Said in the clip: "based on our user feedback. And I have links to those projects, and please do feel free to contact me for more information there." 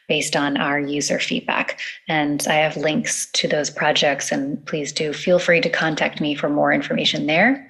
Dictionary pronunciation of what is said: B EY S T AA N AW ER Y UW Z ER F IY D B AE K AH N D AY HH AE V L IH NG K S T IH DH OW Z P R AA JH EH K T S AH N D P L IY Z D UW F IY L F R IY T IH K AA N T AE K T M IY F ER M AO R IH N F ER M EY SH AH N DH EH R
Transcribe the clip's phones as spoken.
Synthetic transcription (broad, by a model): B EY S T N AW ER Y UW Z ER F IY D B AE K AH N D AY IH V L IH NG K S T IH DH OW Z P R AA JH EH K T S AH N P L IY Z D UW F IY L F R IY T IH K AA N T AE K T M IY F ER M AO R IH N F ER M EY SH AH N DH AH R